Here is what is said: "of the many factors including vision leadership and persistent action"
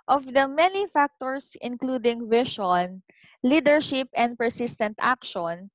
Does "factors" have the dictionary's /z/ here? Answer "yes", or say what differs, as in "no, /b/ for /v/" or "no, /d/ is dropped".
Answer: no, /s/ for /z/